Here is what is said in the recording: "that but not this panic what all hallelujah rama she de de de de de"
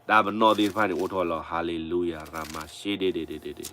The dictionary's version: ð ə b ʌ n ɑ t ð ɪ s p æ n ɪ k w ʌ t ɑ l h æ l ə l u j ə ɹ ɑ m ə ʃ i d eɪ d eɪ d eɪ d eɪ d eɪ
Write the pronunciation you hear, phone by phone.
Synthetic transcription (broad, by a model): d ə b ʌ n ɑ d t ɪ p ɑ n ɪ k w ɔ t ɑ l h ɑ l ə l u j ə ɹ ɑ m ə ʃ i d eɪ d eɪ d eɪ d eɪ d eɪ